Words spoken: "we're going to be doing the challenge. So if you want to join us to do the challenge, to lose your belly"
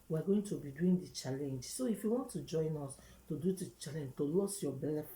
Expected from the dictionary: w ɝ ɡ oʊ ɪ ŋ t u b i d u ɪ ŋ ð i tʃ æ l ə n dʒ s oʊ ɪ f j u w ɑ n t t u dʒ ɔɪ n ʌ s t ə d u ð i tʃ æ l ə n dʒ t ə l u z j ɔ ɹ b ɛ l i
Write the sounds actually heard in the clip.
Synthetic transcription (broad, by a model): w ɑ ɡ oʊ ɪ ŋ t u b i d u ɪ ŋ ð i tʃ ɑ l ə n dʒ s oʊ ɪ f j u w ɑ n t t u dʒ ɔɪ n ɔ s t ə d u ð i tʃ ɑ l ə n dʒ t ə l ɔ s j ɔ b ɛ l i